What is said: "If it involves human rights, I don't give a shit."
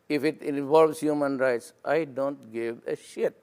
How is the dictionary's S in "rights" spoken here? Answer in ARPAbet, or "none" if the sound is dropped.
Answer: S